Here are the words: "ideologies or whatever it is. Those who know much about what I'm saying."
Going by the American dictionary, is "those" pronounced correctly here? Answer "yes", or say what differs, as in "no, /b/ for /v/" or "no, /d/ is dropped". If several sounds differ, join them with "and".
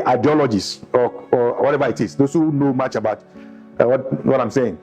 no, /s/ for /z/